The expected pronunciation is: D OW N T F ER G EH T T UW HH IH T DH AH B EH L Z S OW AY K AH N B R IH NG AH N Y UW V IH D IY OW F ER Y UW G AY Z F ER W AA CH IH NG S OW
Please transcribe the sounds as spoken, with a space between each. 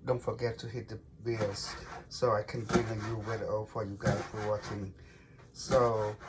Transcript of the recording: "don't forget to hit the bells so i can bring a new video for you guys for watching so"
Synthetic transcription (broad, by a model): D OW N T F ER G EH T T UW HH IH T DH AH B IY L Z S OW AY K AH N B R IH NG AH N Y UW W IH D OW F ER Y UW G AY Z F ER W AA CH IH NG S OW